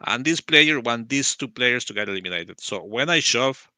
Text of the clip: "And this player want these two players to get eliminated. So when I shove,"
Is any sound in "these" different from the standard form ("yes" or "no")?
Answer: yes